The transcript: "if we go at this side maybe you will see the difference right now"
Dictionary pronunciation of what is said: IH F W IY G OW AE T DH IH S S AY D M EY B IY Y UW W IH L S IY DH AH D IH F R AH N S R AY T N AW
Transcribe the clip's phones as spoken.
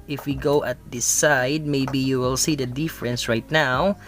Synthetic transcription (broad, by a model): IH F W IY G OW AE T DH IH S S AY D M EY B IY Y UW W IH L S IY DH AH D IH F R AH N S R AY T N AW